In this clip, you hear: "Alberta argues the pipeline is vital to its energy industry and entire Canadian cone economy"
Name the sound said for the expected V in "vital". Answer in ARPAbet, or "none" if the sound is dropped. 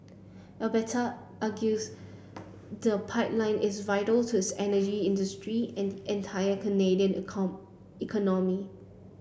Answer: V